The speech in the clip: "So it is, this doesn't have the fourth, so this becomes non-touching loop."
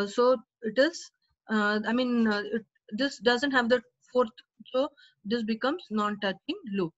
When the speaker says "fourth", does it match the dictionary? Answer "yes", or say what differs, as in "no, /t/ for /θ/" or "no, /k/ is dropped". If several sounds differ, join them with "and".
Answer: no, /t/ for /θ/